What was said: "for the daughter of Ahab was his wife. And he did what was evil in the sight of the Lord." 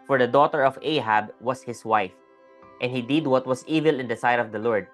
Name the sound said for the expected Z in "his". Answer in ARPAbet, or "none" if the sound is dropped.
S